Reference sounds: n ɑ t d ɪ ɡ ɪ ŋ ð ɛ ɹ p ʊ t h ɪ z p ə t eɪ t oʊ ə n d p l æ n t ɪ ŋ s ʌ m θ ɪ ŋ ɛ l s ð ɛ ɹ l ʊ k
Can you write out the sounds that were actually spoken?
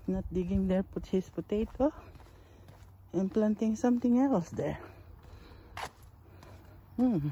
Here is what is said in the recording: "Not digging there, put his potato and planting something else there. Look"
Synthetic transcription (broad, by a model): n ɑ t d ɪ ɡ ɪ ŋ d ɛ ɹ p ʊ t h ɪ s p ə t eɪ t oʊ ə n p l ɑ n t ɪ ŋ s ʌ m t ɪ ŋ ɛ l s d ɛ ɹ